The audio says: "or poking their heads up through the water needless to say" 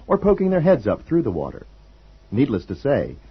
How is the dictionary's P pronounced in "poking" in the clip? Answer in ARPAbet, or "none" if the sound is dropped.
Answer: P